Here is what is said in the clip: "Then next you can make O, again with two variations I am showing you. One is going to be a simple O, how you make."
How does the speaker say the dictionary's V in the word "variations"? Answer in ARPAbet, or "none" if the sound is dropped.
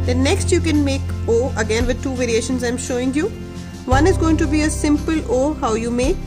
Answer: V